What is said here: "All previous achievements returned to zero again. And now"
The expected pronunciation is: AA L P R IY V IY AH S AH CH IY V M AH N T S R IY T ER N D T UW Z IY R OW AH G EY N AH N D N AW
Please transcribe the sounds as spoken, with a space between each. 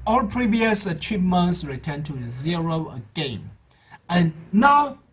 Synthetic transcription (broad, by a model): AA L P R IY V IY AH S AH CH IY V M AH N T S R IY T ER N T UW Z IY R OW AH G EY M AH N N AW